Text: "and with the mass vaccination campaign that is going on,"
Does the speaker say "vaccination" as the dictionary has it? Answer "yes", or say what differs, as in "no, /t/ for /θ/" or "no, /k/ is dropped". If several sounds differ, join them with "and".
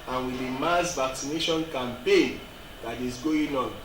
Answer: yes